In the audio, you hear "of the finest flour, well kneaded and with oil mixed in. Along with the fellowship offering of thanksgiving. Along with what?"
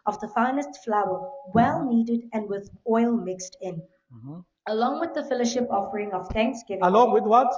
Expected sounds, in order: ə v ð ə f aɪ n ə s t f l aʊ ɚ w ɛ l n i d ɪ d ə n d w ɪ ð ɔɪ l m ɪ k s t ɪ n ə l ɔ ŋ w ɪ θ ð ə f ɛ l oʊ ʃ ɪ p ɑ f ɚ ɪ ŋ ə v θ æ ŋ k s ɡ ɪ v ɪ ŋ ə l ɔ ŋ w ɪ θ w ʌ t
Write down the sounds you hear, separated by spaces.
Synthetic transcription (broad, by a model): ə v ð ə f aɪ n ə s t f l aʊ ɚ w ɛ l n i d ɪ d ə n d w ɪ ð ɔɪ l m ɪ k s t ɪ n ə l ɔ ŋ w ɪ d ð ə f ɛ l oʊ ʃ ɪ p ɑ f ɚ ɪ ŋ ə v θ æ ŋ k s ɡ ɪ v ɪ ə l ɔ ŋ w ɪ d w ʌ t